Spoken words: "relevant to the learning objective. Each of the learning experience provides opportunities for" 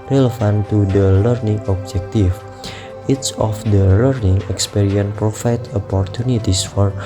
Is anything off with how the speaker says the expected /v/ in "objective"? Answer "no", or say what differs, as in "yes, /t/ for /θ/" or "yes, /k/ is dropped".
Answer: yes, /f/ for /v/